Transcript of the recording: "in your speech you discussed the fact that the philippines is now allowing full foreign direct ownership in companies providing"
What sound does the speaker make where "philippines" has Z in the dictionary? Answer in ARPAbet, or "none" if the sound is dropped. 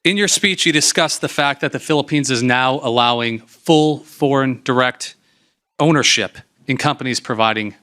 Z